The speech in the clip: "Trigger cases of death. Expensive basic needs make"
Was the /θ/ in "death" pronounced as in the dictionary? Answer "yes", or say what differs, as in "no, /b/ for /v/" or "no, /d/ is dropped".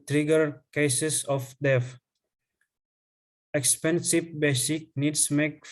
no, /f/ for /θ/